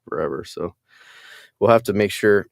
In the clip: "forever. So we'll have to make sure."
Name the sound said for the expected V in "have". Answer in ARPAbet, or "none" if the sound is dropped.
F